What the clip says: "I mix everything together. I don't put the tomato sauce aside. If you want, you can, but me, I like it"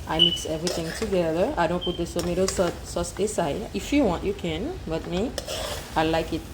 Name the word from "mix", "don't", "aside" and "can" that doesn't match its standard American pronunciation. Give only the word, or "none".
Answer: aside